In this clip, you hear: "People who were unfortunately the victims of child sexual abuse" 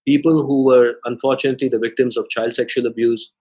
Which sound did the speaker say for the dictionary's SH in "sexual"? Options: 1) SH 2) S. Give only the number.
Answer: 1